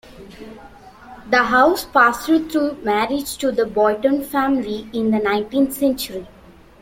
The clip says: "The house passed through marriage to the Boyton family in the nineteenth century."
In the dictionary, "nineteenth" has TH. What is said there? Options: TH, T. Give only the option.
T